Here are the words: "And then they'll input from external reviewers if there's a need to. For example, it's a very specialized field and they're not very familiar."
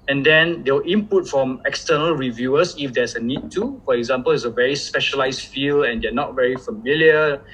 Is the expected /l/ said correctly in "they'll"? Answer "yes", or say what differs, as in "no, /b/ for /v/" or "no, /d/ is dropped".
no, /w/ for /l/